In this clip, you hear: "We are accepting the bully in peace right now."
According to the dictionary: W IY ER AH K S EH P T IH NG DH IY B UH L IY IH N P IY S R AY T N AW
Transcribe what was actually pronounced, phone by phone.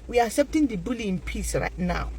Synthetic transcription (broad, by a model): W IY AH S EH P T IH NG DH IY B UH L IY IH N P IY S R AY T N AW